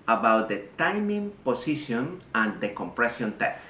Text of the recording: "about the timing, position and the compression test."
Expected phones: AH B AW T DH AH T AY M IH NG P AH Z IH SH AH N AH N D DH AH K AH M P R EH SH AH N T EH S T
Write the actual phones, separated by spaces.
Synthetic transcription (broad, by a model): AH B AW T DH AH T AY M IH NG P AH S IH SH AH N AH N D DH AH K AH M P R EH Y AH N T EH S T